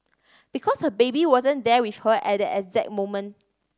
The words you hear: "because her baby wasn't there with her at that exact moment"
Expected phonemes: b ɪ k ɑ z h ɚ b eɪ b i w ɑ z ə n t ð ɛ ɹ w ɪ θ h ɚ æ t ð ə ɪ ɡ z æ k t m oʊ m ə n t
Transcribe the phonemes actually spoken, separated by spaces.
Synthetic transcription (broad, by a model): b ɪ k ɑ s h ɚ b eɪ b i w ɑ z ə n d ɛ w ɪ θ h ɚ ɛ t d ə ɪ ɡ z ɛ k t m oʊ m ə n